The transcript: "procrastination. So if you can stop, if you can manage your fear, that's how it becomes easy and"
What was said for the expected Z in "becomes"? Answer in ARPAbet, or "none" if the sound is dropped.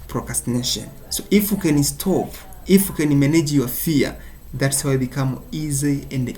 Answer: none